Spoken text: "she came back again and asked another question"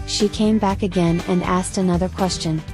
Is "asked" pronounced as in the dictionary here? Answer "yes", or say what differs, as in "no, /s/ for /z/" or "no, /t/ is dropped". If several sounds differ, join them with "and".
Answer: yes